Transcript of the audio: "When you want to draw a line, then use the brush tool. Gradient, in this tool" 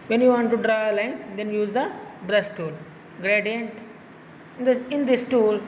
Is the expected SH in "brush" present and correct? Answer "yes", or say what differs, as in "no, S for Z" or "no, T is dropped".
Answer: no, S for SH